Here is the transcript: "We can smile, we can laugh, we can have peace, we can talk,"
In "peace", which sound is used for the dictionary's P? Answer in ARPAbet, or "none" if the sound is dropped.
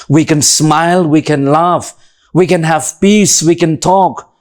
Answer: B